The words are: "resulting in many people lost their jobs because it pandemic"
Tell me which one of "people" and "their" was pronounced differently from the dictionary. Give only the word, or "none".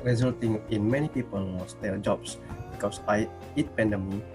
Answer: their